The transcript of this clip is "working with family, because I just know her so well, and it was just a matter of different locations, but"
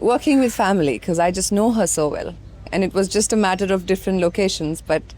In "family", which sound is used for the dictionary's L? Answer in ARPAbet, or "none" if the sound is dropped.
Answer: none